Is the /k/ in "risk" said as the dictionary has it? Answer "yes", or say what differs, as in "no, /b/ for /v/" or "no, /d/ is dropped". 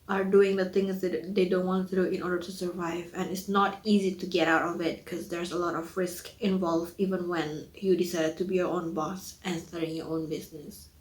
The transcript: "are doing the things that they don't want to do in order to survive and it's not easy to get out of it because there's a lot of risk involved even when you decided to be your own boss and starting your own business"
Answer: yes